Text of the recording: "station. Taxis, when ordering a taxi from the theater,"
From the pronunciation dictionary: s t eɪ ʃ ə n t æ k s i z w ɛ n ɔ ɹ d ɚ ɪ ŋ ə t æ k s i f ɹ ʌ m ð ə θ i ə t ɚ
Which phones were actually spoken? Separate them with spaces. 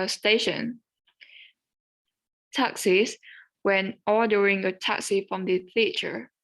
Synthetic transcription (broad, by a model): s t eɪ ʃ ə n t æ k s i s w ɛ n ɔ d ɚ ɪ ŋ ə t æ k s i f ɹ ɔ m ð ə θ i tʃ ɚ